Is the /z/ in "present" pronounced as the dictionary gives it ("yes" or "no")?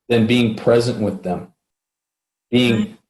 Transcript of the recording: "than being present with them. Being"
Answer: yes